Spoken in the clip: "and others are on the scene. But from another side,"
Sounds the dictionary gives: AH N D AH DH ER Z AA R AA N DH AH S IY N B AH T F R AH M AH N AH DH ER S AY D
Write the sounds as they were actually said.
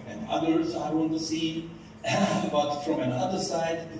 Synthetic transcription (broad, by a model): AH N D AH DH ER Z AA W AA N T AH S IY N B AH T F R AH M AH N AH DH ER S AY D